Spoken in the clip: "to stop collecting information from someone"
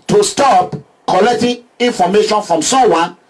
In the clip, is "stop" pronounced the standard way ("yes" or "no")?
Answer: yes